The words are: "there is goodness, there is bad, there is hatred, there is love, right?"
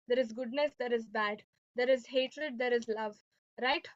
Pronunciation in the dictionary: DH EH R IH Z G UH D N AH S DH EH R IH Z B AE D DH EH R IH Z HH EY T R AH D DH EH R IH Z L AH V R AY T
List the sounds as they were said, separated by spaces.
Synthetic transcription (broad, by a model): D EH R IH Z G UH D N AH S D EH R IH Z B AE D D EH R IH Z HH EY T R AH D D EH R IH Z L AH V R AY T